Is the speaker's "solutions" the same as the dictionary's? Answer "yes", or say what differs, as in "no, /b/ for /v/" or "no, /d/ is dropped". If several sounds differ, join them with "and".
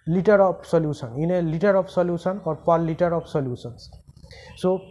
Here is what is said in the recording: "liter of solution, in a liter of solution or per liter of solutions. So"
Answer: no, /s/ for /ʃ/